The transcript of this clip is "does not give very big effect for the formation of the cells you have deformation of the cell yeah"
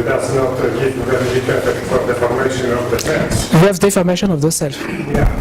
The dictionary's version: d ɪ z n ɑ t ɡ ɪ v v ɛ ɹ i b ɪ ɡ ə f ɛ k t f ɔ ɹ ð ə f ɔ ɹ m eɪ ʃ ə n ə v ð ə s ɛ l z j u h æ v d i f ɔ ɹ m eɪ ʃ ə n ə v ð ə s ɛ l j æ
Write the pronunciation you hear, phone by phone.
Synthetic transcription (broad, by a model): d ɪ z n ɑ t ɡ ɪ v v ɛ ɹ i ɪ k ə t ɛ t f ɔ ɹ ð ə f ɔ ɹ m eɪ ʃ ə n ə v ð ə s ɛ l j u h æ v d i f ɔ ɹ m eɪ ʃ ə n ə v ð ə s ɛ l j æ